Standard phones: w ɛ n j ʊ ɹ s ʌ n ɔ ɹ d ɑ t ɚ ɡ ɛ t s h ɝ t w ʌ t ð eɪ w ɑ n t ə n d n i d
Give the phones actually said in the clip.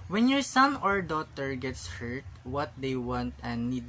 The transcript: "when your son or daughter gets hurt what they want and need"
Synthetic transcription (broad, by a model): w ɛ n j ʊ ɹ s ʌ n ɔ ɹ d ɑ t ɚ ɡ ɛ t s h ɝ t w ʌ t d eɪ w ɑ n t ə n d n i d